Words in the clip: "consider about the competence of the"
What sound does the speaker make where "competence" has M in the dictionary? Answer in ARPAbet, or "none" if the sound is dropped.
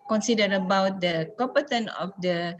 none